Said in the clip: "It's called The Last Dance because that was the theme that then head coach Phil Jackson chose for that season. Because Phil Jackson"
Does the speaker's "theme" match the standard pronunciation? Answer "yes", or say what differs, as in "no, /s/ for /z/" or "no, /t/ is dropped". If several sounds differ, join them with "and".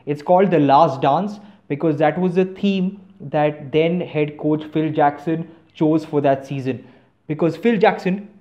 no, /t/ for /θ/